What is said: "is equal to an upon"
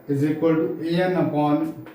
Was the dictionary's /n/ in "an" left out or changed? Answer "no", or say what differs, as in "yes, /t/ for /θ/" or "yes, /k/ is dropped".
no